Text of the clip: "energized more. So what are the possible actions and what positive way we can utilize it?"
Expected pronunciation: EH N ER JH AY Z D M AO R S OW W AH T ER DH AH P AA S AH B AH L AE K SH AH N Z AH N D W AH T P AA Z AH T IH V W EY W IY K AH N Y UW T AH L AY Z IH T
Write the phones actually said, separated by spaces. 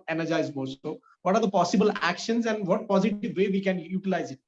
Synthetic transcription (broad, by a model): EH N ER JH AY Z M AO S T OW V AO T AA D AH P AA S AH B AH L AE K SH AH N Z AH N D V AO T P AA Z AH T IH V EY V IY K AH N Y UW T AH L AY Z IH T